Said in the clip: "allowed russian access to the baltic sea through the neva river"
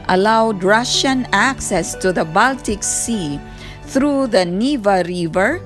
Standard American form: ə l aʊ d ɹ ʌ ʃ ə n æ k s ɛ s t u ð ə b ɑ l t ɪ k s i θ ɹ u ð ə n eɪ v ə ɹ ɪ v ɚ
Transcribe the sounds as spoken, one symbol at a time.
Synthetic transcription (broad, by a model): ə l aʊ d ɹ ʌ ʃ ə n æ k s ɛ s t u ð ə b ɑ l t ɪ k s i t ɹ u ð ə n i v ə ɹ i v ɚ